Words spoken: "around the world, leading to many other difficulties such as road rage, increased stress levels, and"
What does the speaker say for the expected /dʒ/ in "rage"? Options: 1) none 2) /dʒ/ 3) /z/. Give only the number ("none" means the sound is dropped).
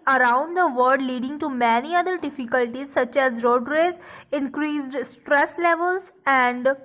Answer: 3